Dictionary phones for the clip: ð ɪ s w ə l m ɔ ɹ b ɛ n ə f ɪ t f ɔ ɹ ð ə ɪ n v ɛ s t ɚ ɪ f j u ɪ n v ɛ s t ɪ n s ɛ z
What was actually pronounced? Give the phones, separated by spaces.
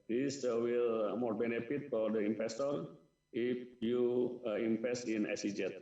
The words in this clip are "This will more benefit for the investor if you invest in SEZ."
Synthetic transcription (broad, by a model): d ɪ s w ə l m ɔ ɹ b ɛ n ə f ɪ t f ɔ ɹ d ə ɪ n f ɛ s t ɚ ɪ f j u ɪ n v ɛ s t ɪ n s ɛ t